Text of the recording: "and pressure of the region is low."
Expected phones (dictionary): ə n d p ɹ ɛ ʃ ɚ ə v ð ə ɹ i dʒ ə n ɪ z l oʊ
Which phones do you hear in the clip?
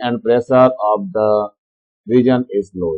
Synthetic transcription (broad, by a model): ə n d p ɹ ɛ s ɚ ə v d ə ɹ i dʒ ə n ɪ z l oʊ